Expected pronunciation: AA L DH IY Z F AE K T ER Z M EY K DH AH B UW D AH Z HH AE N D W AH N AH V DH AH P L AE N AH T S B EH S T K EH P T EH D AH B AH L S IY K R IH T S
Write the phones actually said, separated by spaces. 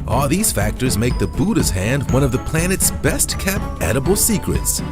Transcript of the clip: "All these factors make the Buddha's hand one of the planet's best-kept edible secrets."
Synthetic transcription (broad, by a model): AA L DH IY Z F AE K T ER Z M EY K DH AH B UW D AH Z HH AE N D W AH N AH V DH AH P L AE N AH T S B EH S T K EH P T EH D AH B L S IY K R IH T S